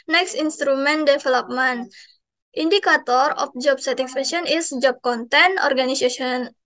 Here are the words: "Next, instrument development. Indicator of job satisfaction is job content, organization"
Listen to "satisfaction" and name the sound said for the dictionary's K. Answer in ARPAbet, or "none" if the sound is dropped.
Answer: none